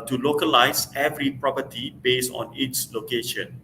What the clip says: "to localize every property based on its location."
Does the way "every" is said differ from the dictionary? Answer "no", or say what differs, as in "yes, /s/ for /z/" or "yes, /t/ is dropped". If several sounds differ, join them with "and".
no